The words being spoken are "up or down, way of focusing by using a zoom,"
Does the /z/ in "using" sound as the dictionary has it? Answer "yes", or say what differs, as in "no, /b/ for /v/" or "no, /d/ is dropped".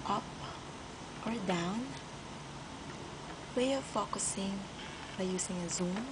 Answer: no, /s/ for /z/